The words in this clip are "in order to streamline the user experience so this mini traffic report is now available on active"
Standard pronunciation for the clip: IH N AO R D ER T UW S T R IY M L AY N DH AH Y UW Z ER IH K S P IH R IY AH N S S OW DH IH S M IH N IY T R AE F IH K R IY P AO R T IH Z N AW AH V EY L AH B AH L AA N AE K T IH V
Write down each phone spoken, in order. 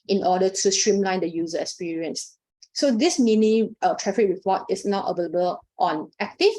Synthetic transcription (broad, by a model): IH N AO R D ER T UW S T R IY M L AY N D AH Y UW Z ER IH K S P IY R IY AH N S S OW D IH S M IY N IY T R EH F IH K R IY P AO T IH S N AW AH V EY L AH B AH L AA N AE K T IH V